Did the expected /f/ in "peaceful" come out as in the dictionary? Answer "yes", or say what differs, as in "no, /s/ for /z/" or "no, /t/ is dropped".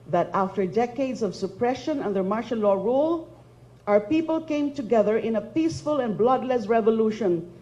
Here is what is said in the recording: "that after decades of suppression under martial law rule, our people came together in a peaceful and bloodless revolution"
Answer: yes